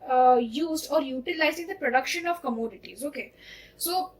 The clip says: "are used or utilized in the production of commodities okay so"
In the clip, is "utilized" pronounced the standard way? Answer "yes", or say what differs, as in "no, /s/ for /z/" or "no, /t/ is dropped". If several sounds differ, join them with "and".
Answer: no, /d/ is dropped